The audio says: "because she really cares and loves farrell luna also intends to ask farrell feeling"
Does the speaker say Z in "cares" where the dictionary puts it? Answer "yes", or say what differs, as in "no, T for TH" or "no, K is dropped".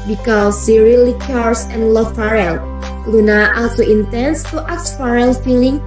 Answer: no, S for Z